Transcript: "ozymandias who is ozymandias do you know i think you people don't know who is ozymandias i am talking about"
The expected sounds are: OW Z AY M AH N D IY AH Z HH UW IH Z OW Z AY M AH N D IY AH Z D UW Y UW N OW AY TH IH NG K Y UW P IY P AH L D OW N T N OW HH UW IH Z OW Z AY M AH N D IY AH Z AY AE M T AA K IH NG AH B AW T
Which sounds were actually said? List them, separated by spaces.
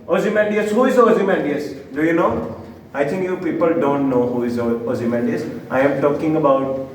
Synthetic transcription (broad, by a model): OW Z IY M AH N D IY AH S HH UW IH Z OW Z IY M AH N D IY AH S D UW Y UW N OW AY T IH NG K Y UW P IY P AH L D OW N T N OW HH UW IH Z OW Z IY M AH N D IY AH S AY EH M T AA K IH NG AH B AW T